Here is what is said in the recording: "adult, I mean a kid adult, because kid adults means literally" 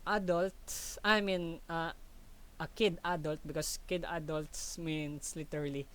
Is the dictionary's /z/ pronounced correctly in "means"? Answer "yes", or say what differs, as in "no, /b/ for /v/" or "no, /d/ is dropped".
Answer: no, /s/ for /z/